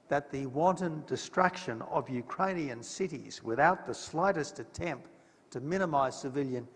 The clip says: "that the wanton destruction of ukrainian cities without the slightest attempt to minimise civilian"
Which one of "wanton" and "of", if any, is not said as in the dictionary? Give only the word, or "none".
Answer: none